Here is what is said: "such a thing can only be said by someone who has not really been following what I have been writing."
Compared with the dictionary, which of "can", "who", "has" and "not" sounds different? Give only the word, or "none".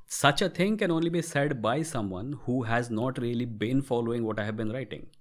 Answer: none